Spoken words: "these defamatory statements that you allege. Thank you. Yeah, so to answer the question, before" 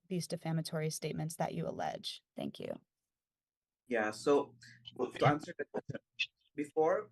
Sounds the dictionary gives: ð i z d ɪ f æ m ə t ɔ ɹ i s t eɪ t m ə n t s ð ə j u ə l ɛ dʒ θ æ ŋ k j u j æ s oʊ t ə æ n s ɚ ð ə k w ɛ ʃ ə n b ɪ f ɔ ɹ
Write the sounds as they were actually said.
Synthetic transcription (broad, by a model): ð i z d ɪ f æ m ə t ɔ ɹ i s t eɪ t m ə n t s ð ə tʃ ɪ ə l ɛ dʒ θ æ ŋ k j u j æ s oʊ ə æ n s ɚ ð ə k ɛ ə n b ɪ f ɔ ɹ